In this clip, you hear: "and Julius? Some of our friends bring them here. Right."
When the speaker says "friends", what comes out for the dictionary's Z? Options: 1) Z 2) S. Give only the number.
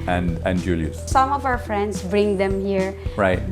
2